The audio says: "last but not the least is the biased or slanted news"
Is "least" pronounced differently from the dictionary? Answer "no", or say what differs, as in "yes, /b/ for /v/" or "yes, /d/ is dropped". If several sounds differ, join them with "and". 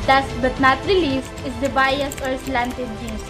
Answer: yes, /t/ is dropped